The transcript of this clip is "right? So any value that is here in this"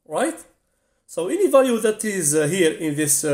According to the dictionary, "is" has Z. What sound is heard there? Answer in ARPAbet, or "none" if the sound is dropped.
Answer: Z